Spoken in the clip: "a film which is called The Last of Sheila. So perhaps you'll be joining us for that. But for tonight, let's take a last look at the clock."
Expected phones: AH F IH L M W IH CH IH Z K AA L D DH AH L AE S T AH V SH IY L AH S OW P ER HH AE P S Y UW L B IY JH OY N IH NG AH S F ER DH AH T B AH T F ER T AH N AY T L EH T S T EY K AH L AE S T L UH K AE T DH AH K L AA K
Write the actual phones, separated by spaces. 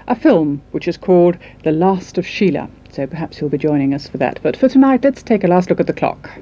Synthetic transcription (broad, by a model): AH F IH L M W IH CH IH Z K AA L D DH AH L AE S T AH V SH IY L AH S OW P ER HH AE P S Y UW L B IY JH OY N IH NG AH S F ER DH AH T B AH T F ER T AH N AY T L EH T S T EY K AH L AE S T L UH K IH T DH AH K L AA K